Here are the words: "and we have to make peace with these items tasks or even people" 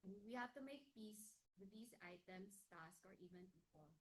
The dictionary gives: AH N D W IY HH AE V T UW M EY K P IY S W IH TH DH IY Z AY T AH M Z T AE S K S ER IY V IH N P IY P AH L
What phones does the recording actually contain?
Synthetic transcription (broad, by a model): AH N W IY HH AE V T UW M EY K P IY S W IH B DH IY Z AY T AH M S T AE S K ER IY V IH N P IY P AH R